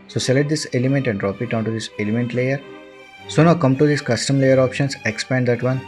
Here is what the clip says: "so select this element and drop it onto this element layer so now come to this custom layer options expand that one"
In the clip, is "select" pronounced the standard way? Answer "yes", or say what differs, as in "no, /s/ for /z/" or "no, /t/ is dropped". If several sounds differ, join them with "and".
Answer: no, /k/ is dropped